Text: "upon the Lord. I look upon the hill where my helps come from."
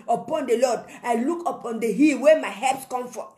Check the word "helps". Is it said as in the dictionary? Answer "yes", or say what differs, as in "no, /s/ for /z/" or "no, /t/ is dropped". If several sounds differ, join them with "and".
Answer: no, /l/ is dropped